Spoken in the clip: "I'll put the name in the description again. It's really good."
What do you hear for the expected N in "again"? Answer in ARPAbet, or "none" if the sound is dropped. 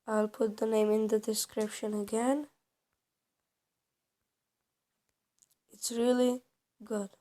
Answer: N